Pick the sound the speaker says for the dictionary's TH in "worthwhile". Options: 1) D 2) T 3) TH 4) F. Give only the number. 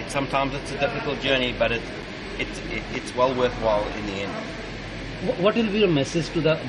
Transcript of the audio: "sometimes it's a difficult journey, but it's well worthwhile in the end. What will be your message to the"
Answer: 3